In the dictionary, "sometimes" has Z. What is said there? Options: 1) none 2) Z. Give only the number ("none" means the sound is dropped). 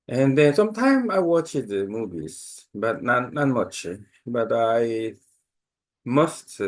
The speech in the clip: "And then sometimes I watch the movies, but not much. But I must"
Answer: 1